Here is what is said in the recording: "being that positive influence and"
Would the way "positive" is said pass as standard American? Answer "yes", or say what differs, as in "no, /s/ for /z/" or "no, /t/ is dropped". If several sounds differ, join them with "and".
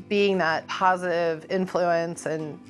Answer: yes